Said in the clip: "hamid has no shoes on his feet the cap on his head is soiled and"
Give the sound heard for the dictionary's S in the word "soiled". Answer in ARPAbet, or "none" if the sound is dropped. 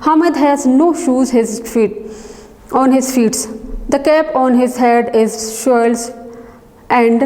SH